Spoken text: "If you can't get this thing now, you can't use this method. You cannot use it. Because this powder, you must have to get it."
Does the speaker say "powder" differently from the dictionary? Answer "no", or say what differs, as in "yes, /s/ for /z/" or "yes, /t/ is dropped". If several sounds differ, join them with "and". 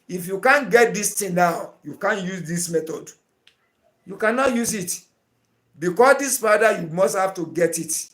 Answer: yes, /f/ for /p/